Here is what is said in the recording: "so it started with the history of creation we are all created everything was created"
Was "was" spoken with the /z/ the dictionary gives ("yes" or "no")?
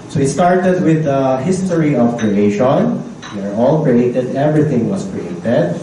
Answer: no